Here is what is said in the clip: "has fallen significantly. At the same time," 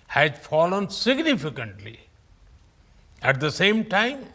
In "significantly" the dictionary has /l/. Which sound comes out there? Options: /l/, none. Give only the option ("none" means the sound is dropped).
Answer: /l/